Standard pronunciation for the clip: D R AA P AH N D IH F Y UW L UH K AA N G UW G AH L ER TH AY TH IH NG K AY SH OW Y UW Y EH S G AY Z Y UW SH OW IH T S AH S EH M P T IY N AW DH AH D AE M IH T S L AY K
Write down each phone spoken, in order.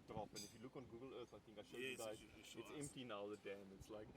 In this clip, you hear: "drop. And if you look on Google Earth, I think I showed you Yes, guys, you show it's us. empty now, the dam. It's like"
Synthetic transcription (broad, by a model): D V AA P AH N IH F Y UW L UH K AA N G UW G AH L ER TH AY TH IH NG K AY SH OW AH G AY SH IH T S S EH M P T IY N AW DH AH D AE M IH T S L AY K